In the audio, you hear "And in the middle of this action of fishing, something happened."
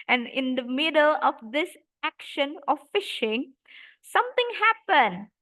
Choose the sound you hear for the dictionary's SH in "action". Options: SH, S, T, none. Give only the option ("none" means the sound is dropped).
SH